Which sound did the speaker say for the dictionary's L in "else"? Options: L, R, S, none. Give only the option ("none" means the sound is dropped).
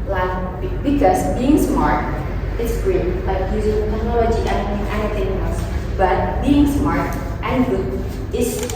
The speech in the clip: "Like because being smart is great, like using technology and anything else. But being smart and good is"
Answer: none